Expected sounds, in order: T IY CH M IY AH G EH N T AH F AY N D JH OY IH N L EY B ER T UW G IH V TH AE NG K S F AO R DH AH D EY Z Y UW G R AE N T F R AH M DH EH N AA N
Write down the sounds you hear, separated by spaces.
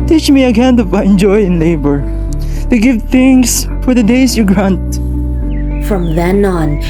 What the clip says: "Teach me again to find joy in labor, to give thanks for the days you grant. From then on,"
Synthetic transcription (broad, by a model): T IY CH M IY AH G EH N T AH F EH N JH OY IH N L EY B ER T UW G IH V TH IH NG S F AO R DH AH D EY S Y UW G R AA N T F R AH M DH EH N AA N